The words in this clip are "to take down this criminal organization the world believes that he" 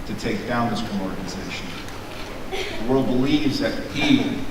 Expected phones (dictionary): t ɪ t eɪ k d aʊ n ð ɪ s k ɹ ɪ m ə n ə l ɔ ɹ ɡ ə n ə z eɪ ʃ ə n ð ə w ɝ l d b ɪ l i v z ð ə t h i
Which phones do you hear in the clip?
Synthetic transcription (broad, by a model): t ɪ t eɪ k d aʊ n ð ɪ s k ɪ m ɔ ɹ ɡ ə n ə z eɪ ʃ ə n ð ə w ɝ l d b ɪ l i v z ð ə t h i